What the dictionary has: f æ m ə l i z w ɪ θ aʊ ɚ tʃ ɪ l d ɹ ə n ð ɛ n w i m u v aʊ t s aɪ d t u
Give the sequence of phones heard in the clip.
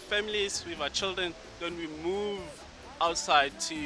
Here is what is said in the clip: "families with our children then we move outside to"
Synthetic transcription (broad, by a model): f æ m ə l i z w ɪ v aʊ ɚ tʃ ɪ l d ɹ ə n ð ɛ n w i m u v aʊ t s aɪ d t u